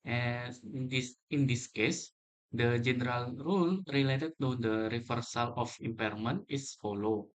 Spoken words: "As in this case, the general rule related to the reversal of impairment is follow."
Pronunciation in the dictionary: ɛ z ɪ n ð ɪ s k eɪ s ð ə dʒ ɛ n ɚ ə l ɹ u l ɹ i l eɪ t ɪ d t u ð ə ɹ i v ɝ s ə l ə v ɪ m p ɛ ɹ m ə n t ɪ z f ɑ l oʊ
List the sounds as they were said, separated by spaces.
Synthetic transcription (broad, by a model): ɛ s ɪ n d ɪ s k eɪ s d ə dʒ ɛ n ɚ ə l ɹ u l ɹ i l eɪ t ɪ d t u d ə ɹ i f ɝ s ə l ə f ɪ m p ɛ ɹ m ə n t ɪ s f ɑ l oʊ